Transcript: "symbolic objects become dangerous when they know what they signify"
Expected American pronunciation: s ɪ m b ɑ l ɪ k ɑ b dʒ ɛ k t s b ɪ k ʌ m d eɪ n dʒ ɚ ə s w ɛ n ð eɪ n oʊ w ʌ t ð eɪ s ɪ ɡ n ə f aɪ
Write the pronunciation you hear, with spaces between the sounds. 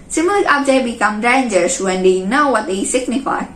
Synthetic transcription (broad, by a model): s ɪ m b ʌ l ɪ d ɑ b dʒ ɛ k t b ɪ k ʌ m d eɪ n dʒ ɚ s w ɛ n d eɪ n oʊ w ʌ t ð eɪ s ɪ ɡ n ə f aɪ